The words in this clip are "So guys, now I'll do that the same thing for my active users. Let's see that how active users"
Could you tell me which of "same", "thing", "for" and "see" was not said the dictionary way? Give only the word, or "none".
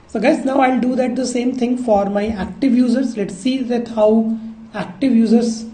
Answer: thing